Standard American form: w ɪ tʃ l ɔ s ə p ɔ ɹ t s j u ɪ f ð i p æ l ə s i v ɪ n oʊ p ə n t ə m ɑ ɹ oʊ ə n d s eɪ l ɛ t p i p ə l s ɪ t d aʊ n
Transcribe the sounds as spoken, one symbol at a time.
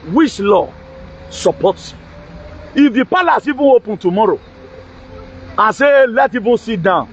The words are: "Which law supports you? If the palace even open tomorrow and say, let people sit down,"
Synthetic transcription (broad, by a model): w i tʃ l ɔ s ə p ɔ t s ɪ f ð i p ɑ l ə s i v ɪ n oʊ p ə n t ə m ɑ ɹ oʊ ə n s eɪ l ɛ t i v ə n s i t d aʊ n